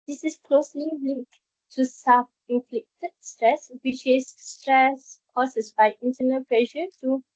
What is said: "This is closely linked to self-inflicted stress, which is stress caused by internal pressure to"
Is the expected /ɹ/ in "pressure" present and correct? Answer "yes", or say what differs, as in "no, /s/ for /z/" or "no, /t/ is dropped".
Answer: no, /l/ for /ɹ/